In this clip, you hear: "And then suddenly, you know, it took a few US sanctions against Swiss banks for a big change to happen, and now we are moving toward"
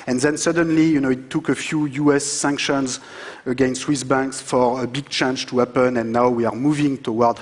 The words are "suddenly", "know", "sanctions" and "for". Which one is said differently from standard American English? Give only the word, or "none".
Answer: none